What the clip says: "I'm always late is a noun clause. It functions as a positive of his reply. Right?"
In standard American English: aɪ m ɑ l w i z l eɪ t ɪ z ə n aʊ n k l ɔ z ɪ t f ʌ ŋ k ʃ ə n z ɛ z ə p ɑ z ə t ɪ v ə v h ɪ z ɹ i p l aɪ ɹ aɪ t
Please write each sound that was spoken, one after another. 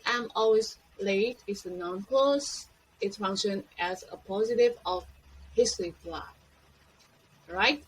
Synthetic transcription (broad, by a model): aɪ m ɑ l w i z l eɪ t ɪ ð ə n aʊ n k ɔ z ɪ t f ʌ ŋ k ʃ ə n ɛ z ə p ɑ z ə t ɪ v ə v h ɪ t ɹ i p l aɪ ɹ aɪ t